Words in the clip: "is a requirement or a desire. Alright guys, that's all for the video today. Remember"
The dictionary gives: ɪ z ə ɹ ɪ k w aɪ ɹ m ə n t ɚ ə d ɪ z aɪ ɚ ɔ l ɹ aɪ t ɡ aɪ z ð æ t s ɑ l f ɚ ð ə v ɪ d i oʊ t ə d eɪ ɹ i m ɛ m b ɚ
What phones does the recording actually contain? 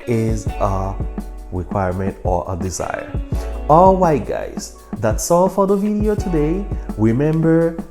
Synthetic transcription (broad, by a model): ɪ z ə ɹ ɪ k w aɪ ɹ m ə n t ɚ ə d ɪ z aɪ ɚ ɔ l w aɪ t ɡ aɪ z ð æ t s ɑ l f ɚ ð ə v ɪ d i oʊ t ə d eɪ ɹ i m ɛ m b ɚ